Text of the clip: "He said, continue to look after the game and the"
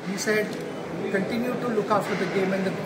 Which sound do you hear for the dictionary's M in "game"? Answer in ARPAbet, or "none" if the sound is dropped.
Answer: M